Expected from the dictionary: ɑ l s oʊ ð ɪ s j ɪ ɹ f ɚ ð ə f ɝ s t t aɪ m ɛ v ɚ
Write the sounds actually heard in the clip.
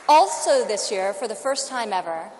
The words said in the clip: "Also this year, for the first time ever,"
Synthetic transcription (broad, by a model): ɑ l s oʊ ð ɪ s j ɪ ɹ f ɚ ð ə f ɝ s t t aɪ m ɛ v ɚ